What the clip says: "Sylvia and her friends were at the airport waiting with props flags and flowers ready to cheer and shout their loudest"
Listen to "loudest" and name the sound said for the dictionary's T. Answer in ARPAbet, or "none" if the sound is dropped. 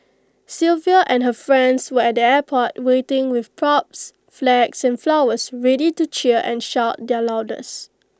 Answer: none